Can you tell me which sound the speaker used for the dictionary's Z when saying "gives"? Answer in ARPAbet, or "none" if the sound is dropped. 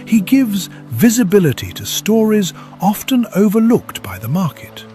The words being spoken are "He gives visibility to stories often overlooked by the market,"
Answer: Z